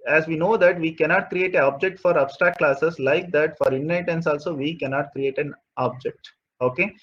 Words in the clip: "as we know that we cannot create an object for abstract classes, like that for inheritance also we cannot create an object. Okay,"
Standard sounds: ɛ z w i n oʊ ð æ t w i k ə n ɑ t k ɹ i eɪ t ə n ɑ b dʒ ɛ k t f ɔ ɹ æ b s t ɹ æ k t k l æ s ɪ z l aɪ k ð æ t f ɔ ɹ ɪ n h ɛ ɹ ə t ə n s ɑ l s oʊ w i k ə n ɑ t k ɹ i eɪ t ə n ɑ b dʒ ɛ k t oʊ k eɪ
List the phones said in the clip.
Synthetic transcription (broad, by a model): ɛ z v i n oʊ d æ t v i k ə n ɑ t k ɹ i eɪ t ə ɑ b dʒ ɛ k t f ɔ ɹ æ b s t ɹ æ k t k l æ s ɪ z l aɪ k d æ t f ɔ ɹ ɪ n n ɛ ə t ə n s ɑ l s oʊ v i k ə n ɑ t k ɹ i eɪ t ə n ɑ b dʒ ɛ k t oʊ k eɪ